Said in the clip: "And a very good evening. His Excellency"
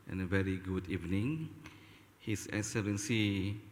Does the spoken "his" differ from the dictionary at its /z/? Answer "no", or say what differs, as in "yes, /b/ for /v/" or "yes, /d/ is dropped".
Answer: yes, /s/ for /z/